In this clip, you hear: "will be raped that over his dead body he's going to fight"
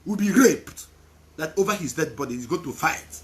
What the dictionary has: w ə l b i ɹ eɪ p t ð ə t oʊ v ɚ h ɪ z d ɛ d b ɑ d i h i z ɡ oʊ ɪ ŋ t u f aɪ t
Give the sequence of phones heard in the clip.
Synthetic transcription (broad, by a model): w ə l b i ɹ eɪ p t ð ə t oʊ v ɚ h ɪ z d ɛ d b ɑ d i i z ɡ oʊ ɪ t u f aɪ t